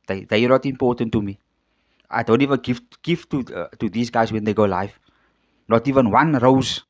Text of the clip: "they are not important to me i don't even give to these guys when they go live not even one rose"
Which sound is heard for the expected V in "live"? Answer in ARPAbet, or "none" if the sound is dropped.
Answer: F